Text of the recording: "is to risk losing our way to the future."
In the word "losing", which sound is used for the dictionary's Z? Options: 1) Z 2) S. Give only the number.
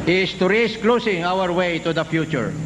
2